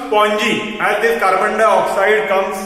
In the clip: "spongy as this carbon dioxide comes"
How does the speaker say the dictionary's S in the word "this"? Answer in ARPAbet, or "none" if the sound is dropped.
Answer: none